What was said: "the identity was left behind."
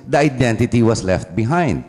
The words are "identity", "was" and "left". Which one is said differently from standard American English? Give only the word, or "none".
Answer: was